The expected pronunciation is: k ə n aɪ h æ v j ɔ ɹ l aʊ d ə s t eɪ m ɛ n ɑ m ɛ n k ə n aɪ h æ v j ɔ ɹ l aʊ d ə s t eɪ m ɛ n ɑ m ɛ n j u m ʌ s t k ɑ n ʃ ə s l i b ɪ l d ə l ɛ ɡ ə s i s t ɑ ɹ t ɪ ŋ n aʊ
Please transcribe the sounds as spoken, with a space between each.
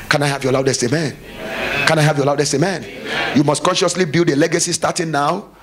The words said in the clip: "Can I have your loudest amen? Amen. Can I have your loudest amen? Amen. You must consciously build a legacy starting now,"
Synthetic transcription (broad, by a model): k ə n aɪ h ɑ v j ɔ l aʊ d ə s t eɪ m m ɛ n k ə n aɪ h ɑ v j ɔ l aʊ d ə s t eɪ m m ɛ n j u m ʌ s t k ɑ n ʃ ə s l i b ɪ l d ə l ɛ ɡ ə s i s t ɑ t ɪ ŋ n aʊ